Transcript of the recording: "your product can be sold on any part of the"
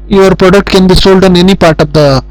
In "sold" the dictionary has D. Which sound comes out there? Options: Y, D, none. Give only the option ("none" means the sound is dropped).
D